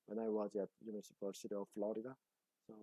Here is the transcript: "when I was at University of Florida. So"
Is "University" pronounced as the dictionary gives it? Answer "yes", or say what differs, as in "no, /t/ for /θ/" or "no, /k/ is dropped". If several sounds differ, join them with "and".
no, /p/ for /v/